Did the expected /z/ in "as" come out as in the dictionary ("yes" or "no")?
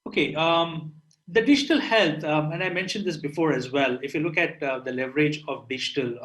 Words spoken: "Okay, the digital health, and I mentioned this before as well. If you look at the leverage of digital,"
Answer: yes